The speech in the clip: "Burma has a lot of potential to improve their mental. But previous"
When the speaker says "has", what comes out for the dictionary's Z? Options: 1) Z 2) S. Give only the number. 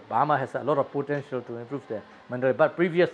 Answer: 2